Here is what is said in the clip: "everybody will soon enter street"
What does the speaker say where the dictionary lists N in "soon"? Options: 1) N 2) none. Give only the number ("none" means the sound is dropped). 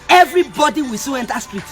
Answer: 2